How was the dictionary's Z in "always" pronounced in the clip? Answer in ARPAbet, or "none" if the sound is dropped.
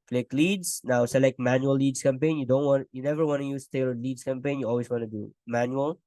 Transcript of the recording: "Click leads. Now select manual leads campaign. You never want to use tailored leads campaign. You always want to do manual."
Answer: S